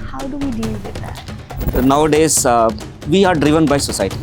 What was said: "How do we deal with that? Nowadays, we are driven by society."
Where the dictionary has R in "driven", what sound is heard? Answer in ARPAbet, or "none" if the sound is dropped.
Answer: R